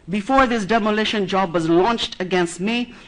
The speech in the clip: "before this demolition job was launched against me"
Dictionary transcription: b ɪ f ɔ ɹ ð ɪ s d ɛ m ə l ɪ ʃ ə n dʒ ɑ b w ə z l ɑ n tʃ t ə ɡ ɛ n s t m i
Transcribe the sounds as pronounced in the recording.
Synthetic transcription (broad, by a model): b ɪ f ɔ ɹ ð ɪ s d ɛ m ə l ɪ ʃ ə n dʒ ɑ b w ə z l ɑ n tʃ t ə ɡ ɛ n s t m i